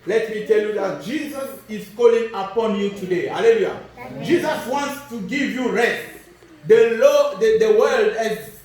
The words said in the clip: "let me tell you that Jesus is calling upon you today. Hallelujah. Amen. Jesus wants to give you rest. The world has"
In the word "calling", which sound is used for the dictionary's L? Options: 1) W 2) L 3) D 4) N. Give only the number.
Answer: 2